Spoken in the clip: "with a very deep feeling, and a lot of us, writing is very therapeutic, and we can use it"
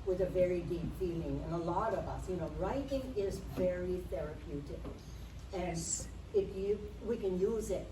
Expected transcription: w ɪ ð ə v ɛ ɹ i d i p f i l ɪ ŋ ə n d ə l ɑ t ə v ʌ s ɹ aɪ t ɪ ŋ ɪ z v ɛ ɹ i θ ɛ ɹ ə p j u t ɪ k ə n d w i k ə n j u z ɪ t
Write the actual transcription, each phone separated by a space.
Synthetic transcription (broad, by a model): w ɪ ð ə v ɛ ɹ i d i p f i l ɪ ŋ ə n ə l ɑ t ə v ʌ s ɹ aɪ t ɪ ŋ ɪ z v ɛ ɹ i θ ɛ ɹ ə p j u t ɪ k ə n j w i k ə n j u z ɪ t